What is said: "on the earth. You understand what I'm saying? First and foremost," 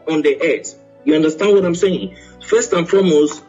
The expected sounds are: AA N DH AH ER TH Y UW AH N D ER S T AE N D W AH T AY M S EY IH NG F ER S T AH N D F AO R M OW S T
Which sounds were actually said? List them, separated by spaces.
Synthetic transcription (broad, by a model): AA N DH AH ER S Y UW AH N D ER S T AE N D W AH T AY M S EY IH NG F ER S T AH N F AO M OW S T